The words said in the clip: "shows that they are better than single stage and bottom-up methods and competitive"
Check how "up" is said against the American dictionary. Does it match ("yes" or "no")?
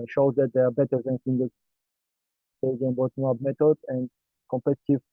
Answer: no